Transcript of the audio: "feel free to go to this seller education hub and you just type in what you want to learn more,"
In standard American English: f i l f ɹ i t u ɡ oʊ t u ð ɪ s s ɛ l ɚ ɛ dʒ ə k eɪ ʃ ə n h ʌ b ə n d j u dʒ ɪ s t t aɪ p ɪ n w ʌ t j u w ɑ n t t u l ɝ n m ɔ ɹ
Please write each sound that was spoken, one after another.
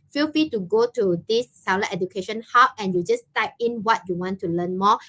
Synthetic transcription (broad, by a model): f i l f i t u ɡ oʊ t u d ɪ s s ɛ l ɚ ɛ dʒ ə k eɪ ʃ ə n h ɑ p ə n j u dʒ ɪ s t t aɪ p ɪ n w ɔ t j u w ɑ n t t u l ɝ n m ɔ